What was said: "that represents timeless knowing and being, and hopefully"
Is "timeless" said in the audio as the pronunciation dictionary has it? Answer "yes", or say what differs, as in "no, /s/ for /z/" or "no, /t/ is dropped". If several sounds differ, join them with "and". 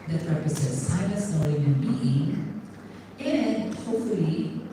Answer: no, /m/ is dropped